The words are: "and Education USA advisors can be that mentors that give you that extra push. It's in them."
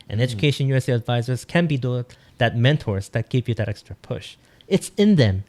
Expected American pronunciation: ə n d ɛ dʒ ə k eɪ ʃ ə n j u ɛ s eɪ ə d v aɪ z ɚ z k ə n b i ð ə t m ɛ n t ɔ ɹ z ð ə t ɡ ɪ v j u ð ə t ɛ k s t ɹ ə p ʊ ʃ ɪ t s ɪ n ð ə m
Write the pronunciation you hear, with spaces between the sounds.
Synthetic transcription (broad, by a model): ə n ɛ dʒ ə k eɪ ʃ ə n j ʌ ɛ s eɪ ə d v aɪ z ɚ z k ə n b i ð ə t m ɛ n t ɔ ɹ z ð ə t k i p j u ð ə t ɛ k s t ɹ ə p ʊ ʃ ɪ t s ɪ n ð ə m